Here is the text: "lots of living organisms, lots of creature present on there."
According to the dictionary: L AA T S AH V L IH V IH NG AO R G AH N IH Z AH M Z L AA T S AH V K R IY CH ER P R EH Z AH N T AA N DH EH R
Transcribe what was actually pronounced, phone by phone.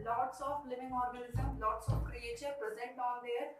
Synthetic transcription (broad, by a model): L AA T S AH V L IH V IH NG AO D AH L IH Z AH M L AA T S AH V K R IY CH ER P R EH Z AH N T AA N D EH R